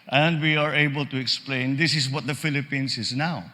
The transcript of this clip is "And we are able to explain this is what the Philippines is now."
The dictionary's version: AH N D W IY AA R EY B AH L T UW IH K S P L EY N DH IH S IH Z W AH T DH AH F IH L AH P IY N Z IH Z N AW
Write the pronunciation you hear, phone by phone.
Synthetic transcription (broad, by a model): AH N D W IY AA R EY B AH L T UW IH K S P L EY N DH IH S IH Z W AH T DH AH F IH L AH P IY N S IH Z N AW